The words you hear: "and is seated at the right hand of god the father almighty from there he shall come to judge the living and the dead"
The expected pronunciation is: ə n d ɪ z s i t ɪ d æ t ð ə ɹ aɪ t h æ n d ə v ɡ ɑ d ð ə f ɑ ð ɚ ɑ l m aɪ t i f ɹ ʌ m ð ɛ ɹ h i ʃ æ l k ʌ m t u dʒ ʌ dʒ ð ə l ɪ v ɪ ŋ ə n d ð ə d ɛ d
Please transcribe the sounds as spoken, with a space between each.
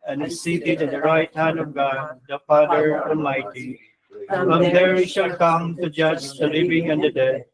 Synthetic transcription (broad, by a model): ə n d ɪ s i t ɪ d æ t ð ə ɹ aɪ t h æ n d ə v ɡ ɑ d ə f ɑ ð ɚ ɑ l m aɪ t i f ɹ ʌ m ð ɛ ɹ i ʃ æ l k ʌ m t u dʒ ʌ dʒ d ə l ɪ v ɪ ŋ ə n d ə d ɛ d